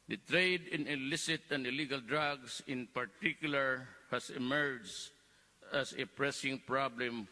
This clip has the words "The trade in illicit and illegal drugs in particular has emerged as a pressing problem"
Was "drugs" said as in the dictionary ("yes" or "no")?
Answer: no